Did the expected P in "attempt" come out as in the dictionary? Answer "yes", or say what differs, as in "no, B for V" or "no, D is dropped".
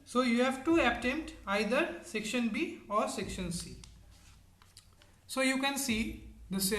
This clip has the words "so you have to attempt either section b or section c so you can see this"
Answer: no, P is dropped